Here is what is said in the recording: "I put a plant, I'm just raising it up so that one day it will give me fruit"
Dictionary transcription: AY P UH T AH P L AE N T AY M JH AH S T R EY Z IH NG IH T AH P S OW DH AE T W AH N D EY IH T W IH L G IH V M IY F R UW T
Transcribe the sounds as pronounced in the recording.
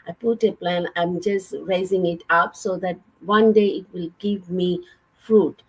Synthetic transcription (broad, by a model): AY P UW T AH P L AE N AY M JH AH S T R EY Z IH NG IH T AH P S OW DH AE T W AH N D EY IH T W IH L G IH V M IY F R UW T